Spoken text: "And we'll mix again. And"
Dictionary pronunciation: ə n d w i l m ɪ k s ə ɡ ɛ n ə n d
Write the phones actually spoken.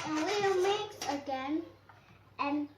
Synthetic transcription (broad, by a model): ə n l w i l m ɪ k ə ɡ ɛ n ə n